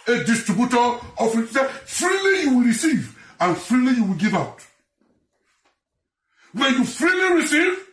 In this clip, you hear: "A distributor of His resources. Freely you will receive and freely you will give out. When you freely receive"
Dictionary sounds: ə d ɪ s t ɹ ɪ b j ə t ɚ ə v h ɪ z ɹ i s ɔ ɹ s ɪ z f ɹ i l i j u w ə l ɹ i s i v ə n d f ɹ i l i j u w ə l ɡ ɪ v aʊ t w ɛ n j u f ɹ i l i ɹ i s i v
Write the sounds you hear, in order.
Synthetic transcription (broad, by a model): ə d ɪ s t ɹ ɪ b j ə t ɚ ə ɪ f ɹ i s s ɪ f ɹ i l i j u w ə l ɹ i s i v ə n f ɹ i l i j u w ə l ɡ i v aʊ t w ɛ n j u f ɹ i l i ɹ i s i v